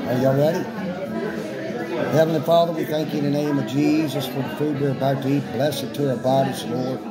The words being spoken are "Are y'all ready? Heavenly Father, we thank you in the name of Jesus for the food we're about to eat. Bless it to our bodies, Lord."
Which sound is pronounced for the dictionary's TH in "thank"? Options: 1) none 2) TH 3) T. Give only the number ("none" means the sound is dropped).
2